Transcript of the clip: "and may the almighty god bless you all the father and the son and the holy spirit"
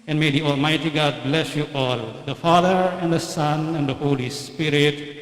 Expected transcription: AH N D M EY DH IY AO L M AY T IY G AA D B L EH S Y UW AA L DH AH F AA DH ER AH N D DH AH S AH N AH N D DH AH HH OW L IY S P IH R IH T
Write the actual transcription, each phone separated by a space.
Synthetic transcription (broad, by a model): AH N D M EY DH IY AO L M AY T IY G AA D B L EH S Y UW AA L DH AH F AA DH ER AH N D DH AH S AH N AH N D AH HH OW L IY S P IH R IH T